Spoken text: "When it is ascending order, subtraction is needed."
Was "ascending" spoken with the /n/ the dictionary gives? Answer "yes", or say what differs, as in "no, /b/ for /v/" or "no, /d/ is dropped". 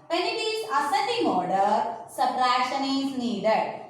no, /n/ is dropped